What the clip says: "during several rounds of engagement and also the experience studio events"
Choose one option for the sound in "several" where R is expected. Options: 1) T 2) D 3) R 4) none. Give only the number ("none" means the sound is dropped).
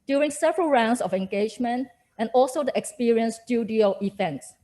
3